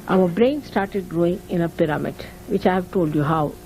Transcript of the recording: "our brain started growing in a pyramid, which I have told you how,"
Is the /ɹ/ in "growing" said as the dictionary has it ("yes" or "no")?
yes